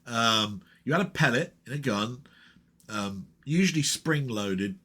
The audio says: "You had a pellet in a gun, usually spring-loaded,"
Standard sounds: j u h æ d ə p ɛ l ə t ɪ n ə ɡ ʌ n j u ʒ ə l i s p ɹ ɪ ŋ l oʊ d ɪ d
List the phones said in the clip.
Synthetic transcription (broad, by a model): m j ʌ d ə p ɛ l ə t ɪ n ə ɡ ʌ n j u ʒ ə l i s p ɹ ɪ ŋ l oʊ d ɪ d